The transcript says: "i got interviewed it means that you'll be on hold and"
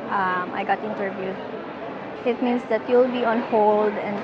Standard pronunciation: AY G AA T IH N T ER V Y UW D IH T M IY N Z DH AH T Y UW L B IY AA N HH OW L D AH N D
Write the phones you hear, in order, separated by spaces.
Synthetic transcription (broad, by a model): AY G AA T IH N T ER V Y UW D IH T M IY N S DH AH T Y UW L B IY AA N HH OW L D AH N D